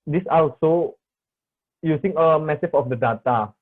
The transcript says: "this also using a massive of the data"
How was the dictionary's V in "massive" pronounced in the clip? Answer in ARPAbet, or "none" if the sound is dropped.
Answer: F